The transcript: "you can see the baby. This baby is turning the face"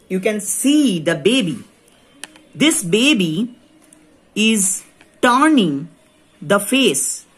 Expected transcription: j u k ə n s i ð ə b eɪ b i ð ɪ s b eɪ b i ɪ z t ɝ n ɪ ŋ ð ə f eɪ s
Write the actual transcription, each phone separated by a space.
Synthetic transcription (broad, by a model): j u k ə n s i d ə b eɪ b i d ɪ s b eɪ b i ɪ z t ɝ n ɪ ŋ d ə f eɪ s